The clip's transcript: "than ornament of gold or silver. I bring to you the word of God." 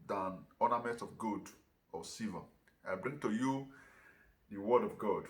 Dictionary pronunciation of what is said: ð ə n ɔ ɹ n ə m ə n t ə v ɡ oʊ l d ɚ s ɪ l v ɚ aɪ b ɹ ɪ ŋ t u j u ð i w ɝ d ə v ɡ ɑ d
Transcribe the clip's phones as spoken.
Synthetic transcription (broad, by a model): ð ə n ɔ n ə m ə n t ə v ɡ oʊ d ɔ s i v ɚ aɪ b ɹ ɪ ŋ t u j u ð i w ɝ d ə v ɡ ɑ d